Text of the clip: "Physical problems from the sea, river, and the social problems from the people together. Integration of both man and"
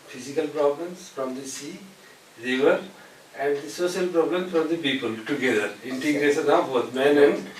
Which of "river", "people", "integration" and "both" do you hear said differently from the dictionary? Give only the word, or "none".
both